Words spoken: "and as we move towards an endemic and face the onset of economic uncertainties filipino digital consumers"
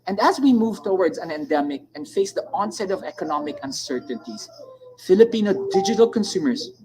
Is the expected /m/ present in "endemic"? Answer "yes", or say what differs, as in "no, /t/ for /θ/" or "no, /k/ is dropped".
yes